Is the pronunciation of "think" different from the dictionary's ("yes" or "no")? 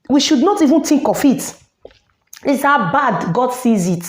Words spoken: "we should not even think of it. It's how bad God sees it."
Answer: yes